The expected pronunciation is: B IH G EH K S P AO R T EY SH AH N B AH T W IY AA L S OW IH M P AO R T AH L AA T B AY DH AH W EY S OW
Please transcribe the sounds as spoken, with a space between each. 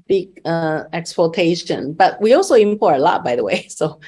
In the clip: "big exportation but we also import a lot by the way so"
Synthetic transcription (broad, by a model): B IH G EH K S P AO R T EY SH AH N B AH T W IY AA L S OW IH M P AO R AH L AA T B AY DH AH W EY S OW